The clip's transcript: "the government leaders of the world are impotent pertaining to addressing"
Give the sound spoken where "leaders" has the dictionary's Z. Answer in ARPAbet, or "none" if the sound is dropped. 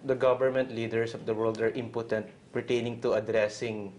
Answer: S